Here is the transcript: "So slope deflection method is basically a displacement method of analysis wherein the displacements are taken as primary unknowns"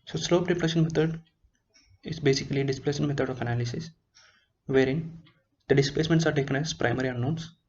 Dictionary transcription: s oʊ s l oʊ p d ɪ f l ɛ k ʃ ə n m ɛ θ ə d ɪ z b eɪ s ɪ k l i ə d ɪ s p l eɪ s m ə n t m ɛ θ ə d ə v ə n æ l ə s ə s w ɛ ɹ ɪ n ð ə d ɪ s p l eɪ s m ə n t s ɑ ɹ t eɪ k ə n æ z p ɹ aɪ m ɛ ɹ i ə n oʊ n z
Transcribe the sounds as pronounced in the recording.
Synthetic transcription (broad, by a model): s oʊ s l oʊ p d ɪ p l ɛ ʃ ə n m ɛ t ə d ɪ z b eɪ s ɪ k l i d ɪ s p l eɪ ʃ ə n m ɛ t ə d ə f ə n æ l ə s ə s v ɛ ɹ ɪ n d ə d ɪ s p l eɪ s m ə n t s ɑ ɹ t eɪ k ə n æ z p ɹ aɪ m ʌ ɹ i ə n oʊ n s